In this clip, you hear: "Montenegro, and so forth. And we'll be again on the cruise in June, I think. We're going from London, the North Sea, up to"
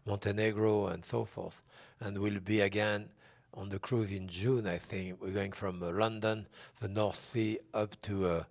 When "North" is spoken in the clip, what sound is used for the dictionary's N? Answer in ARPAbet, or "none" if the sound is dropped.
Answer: N